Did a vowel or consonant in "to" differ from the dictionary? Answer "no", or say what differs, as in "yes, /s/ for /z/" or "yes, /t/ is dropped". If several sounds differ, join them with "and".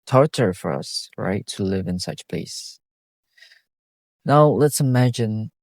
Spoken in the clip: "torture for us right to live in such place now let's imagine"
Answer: no